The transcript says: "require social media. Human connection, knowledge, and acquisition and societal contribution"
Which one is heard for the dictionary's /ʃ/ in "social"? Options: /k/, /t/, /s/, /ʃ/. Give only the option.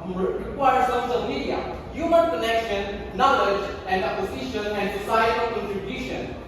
/s/